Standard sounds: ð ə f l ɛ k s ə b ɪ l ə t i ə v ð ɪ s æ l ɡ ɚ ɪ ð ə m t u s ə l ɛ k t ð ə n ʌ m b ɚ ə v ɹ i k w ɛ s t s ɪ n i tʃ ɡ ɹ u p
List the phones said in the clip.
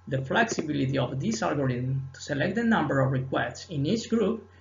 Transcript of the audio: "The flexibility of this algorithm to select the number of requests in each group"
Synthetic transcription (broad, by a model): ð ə f l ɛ k s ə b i l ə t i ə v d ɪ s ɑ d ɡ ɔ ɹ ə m t u s ə l ɛ k t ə n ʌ m b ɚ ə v ɹ i k w ɛ s t s ɪ n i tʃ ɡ ɹ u p